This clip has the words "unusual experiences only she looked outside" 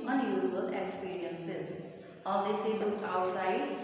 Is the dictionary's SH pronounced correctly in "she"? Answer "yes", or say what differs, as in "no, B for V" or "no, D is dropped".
no, S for SH